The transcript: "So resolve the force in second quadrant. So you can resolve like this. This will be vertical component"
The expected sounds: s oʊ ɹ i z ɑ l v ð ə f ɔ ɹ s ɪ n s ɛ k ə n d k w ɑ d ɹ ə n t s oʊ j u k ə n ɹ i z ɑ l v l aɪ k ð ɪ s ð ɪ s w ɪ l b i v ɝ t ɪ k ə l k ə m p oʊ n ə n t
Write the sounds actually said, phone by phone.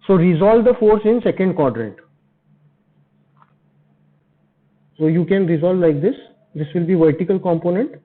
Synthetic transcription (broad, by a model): s oʊ ɹ i z ɑ l v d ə f ɔ ɹ s ɪ n s ɛ k ə n d k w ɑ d ɹ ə t s oʊ j u k ə n ɹ i z ɑ l v l aɪ k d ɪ s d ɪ s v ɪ l b i v ɝ t ɪ k ə l k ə m p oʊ n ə n t